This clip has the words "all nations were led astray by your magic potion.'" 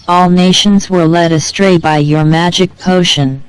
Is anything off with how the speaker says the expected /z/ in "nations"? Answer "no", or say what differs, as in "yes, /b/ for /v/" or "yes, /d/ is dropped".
no